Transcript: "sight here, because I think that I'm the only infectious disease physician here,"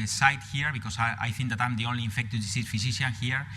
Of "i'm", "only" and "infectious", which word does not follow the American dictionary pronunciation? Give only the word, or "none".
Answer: infectious